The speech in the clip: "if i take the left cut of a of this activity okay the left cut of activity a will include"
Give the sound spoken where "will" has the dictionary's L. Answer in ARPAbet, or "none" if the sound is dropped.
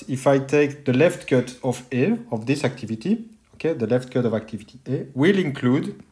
L